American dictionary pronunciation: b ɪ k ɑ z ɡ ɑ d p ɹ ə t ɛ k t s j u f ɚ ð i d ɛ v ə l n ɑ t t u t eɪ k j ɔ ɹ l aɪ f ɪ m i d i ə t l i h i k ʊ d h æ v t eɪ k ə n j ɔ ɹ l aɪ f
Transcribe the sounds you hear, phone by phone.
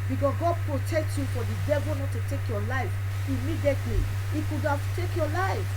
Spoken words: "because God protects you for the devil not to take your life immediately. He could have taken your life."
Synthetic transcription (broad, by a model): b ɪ k ɑ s ɡ ɑ d p ɹ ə t ɛ k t j u f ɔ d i d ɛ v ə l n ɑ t t u t eɪ k j ɔ l aɪ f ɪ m i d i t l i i k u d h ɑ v t eɪ k j ɔ l aɪ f